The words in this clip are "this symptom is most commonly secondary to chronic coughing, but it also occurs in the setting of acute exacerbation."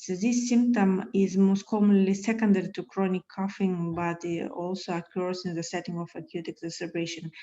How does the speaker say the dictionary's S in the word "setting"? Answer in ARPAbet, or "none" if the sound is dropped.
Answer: S